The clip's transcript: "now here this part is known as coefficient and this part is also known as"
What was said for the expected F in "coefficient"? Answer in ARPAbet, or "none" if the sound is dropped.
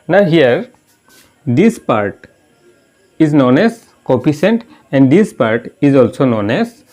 P